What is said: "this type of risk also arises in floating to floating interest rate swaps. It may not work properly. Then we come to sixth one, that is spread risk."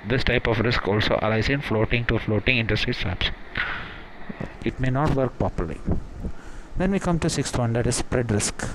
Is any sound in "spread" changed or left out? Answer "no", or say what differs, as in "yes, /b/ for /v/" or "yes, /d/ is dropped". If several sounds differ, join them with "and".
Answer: no